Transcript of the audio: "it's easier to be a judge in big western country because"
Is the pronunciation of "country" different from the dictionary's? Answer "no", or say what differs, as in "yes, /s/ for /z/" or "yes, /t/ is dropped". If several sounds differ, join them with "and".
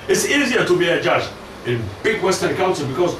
yes, /ɹ/ is dropped